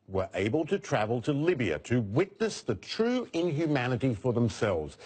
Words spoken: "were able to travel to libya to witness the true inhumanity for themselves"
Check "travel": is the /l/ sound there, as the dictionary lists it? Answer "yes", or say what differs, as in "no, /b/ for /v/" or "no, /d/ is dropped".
yes